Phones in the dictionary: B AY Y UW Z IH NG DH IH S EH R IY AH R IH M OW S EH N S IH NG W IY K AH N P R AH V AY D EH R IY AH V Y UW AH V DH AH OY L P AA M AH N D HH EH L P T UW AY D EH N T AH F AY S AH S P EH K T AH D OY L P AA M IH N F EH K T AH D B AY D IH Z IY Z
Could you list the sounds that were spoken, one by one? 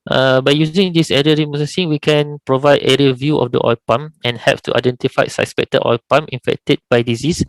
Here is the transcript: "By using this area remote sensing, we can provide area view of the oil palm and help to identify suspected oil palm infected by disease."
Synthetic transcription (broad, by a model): B AY Y UW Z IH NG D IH S EH R IY AH R IH M OW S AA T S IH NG W IY K AH N P R AH V AY D EH R IY AH V Y UW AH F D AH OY P AA M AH N HH EH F T UW AY D EH N T AH F AY S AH S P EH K T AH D OY P AA M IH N F EH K T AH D B AY D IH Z IY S